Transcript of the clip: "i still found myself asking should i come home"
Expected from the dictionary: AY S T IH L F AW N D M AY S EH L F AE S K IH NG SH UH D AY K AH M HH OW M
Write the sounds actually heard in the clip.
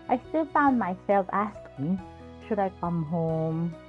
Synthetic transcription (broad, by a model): AY S T IH L F AW N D M AY S EH L F AE S K IH NG SH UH D AY K AH M HH OW M